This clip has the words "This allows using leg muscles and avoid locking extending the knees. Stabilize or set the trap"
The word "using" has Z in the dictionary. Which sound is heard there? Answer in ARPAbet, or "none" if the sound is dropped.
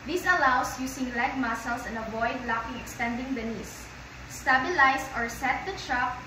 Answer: S